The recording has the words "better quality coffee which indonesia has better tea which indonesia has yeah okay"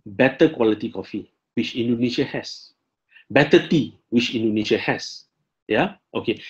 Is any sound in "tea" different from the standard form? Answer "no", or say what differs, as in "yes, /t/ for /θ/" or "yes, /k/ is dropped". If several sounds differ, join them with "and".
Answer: no